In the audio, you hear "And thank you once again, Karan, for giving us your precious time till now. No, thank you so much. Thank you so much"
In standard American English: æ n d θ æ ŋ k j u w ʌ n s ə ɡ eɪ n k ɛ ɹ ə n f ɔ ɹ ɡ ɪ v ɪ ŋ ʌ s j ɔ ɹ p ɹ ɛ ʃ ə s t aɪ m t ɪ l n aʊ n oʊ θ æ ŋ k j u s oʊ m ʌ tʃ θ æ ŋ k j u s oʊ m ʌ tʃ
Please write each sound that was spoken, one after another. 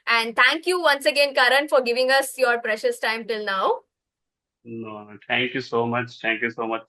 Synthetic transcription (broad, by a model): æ n d t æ ŋ k j u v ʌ n s ə ɡ eɪ n k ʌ ɹ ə n f ɔ ɹ ɡ ɪ v ɪ ŋ ʌ s j ɔ ɹ p ɹ ɛ ʃ ə s t aɪ m t ɪ l n aʊ n oʊ t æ ŋ k j u s oʊ m ʌ tʃ t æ ŋ k j u s oʊ m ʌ tʃ